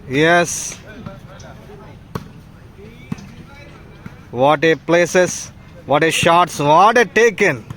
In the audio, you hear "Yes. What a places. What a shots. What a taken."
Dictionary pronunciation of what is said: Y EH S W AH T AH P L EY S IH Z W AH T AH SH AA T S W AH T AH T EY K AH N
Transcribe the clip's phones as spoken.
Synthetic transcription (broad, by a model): Y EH S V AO T AH P L EY S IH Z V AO T AH SH AA T S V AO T AH T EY K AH N